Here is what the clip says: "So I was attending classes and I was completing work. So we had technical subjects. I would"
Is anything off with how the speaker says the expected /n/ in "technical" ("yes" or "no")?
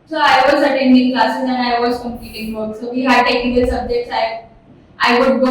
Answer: yes